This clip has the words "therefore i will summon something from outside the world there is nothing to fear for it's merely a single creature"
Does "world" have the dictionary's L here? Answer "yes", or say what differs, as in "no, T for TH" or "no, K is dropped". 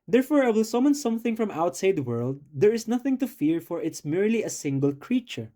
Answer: yes